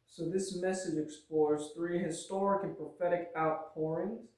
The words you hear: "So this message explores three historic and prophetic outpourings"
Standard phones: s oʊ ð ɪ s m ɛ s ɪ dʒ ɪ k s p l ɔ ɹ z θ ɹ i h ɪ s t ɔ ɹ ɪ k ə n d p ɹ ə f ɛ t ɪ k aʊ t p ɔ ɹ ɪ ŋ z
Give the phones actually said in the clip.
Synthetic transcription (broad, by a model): s oʊ ð ɪ s m ɛ s ɪ dʒ ɪ k s p l ɔ ɹ z θ ɹ i h ɪ s t ɔ ɹ ɪ k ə n p ɹ ə f ɛ t ɪ k aʊ t p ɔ ɹ ɪ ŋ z